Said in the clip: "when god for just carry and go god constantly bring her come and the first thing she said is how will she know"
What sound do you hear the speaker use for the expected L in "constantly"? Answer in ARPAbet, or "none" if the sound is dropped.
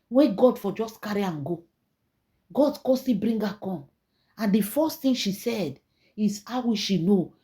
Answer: none